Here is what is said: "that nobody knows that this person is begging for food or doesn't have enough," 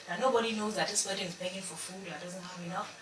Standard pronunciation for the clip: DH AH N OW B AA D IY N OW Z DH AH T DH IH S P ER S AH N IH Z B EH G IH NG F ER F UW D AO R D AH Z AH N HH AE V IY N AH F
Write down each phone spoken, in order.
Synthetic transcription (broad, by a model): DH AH N OW B AA D IY N OW Z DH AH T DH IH S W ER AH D IH Z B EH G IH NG F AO F UW D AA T D AH Z AH N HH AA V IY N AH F